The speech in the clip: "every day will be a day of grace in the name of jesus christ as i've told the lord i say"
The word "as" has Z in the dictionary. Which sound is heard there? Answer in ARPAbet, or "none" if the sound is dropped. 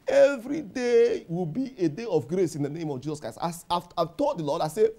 S